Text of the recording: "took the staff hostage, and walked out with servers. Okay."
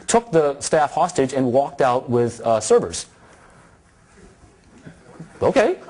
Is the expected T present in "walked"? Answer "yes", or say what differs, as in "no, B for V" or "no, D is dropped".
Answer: yes